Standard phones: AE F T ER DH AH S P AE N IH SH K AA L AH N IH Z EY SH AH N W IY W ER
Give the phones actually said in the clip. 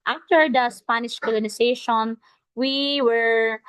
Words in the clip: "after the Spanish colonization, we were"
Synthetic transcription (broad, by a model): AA F T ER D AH S P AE N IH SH K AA L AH N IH S EY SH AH N W IY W ER